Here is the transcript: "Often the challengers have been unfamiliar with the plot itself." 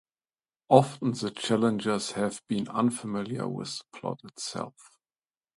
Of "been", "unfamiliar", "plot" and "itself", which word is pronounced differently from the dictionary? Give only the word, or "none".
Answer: none